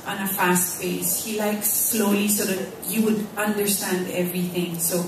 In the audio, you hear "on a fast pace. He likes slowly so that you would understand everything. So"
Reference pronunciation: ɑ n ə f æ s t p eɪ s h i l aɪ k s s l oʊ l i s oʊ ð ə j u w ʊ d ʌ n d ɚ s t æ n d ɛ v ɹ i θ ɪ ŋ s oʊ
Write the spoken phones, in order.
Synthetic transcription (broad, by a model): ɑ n ə f æ s t f eɪ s h i l aɪ k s s l oʊ l i s oʊ ð ə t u w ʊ d ʌ n d ɚ s t æ n d ɛ v ɹ i θ ɪ ŋ s oʊ